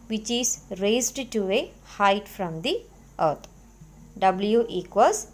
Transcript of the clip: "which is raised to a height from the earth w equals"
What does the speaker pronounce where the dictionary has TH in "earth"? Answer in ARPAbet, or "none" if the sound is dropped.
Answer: T